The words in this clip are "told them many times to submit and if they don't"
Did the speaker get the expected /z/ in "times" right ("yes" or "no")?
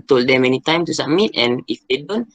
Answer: no